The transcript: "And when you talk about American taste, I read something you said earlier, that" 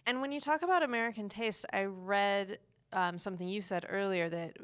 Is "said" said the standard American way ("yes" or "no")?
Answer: yes